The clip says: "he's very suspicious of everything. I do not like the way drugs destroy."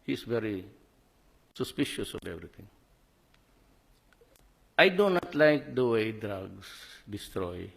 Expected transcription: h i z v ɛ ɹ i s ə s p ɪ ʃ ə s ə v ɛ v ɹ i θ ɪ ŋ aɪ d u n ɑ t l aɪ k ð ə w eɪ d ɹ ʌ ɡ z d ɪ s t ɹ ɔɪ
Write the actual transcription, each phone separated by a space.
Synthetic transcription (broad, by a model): h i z v ɛ ɹ i s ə s p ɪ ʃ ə s ə v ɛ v ɹ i t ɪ ŋ aɪ d u n ɑ t l aɪ k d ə w eɪ d ɹ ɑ ɡ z d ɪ s t ɹ ɔɪ